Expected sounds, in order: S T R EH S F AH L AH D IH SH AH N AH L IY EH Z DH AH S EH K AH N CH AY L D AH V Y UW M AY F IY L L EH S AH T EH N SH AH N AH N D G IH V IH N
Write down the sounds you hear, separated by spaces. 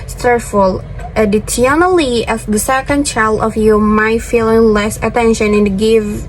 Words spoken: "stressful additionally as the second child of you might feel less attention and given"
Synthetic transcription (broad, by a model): S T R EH F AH L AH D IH S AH N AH L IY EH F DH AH S EH K AH N CH AY L D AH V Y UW M AY F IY L L EH S AH T EH N SH AH N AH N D G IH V